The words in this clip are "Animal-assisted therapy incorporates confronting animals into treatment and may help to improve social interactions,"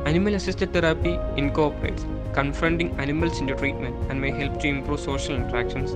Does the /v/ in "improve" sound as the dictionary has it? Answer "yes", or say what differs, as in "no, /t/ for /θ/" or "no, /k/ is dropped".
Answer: yes